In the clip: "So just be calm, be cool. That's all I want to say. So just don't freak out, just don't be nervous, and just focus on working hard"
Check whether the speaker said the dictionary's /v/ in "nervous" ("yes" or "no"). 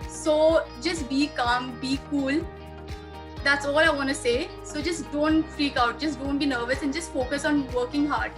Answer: yes